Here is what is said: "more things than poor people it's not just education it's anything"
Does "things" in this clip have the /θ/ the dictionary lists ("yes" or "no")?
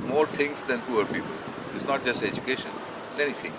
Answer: no